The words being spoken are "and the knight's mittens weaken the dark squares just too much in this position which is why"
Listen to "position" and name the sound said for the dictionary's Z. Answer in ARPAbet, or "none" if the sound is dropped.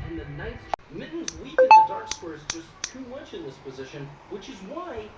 Z